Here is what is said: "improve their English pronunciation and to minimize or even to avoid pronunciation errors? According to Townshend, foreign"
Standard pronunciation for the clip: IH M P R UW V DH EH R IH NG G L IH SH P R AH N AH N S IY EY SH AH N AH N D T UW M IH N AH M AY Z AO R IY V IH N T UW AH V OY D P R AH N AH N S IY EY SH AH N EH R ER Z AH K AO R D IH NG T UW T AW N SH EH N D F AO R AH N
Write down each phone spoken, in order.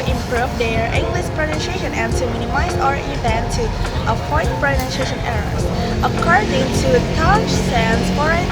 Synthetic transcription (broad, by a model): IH M P R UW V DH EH R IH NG G L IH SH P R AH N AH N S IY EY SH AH N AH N T UW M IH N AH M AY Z AO R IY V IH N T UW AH F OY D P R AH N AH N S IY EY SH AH N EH R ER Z AH K AO R D IH NG T UW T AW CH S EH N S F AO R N